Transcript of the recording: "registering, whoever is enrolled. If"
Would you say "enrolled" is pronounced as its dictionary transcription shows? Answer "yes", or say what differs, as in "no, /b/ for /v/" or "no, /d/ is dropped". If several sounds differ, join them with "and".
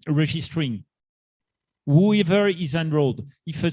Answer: yes